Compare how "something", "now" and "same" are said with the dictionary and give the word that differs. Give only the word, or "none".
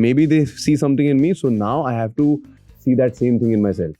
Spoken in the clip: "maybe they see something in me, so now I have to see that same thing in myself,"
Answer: something